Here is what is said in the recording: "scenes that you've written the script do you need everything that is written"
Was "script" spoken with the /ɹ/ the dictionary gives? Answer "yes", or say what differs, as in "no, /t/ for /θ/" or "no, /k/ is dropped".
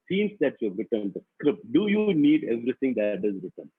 yes